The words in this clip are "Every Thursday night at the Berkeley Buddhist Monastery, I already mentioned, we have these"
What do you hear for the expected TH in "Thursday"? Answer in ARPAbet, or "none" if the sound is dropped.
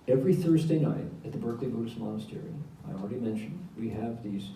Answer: TH